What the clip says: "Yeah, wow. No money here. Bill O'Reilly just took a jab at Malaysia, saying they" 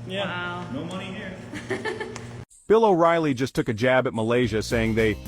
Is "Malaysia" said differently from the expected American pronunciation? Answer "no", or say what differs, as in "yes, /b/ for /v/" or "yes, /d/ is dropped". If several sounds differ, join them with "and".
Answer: no